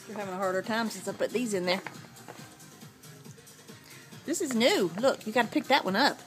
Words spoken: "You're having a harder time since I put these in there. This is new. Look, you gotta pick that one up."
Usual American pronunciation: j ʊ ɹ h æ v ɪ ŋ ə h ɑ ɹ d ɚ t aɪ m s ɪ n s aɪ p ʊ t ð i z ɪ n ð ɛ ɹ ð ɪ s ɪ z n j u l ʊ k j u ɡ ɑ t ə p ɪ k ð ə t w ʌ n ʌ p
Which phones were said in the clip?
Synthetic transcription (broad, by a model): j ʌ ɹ h æ v ɪ ŋ ə h ɑ ɹ d ɚ t aɪ m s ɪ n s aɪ b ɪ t ð i z ɪ n ð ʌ ɹ ð ɪ s ɪ z n j u l ʊ k j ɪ ɡ ɑ t ə p ɪ k ð ə t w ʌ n ʌ p